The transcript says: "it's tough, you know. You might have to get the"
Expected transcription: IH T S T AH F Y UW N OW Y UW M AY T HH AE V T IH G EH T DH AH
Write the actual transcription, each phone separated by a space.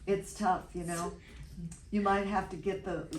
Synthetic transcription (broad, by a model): IH T S T AH F Y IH N OW Y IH M AY T HH AE F T IH G EH T DH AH